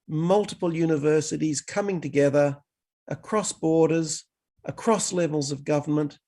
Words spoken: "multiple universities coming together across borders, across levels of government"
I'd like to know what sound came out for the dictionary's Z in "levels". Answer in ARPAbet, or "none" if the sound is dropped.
Z